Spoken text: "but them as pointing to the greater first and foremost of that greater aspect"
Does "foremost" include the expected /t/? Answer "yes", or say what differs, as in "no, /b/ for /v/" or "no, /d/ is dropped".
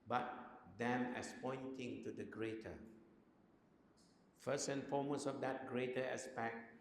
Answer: no, /t/ is dropped